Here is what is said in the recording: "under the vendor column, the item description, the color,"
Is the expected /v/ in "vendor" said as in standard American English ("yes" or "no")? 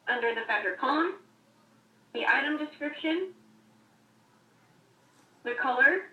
no